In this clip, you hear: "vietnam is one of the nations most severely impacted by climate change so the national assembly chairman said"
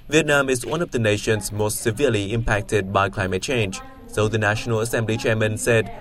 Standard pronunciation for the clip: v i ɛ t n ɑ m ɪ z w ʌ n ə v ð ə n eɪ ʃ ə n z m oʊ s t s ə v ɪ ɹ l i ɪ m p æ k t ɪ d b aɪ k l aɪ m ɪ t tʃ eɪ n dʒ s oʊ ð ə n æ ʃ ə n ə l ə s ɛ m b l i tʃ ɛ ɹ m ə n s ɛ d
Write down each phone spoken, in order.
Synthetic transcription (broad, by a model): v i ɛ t n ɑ m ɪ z w ʌ n ə v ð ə n eɪ ʃ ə n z m oʊ s t s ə v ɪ l i ɪ m p æ k t ɪ d b aɪ k l aɪ m ɪ t tʃ eɪ n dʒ s oʊ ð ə n æ ʃ ə n ə l ə s ɛ m b l i tʃ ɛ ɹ m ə n s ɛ d